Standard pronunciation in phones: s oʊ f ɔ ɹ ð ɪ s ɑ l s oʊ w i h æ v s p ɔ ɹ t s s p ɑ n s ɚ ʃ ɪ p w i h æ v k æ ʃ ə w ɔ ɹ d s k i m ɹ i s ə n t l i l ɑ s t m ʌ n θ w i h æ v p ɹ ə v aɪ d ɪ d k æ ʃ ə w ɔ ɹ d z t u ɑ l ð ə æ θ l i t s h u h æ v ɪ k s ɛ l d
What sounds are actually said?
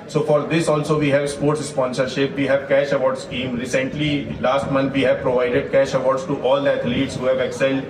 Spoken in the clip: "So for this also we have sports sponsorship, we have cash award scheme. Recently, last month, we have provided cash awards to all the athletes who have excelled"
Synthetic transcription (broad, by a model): s oʊ f ɔ ɹ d ɪ s ɑ l s oʊ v i h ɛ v s p ɔ ɹ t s s p ɑ n s ɚ ʃ ɪ p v i h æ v k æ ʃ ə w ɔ ɹ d s k i m ɹ i s ə n t l i l ɑ s t m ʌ n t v i h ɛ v p ɹ ə v aɪ d ɪ d k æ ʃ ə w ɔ ɹ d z t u ɑ l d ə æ t l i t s h u h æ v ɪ k s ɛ l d